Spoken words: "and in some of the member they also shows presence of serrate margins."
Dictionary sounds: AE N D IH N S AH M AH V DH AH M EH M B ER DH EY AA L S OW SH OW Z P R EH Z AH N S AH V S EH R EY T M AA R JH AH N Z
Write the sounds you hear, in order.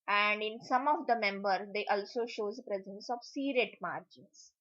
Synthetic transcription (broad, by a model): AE N D IH N S AH M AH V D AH M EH M B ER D EY AA L S OW SH OW Z P R EH Z AH N S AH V S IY R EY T M AA R JH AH N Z